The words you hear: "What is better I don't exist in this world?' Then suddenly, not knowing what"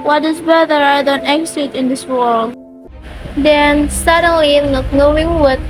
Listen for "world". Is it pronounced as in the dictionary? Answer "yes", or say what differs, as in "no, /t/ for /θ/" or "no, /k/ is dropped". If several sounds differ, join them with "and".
yes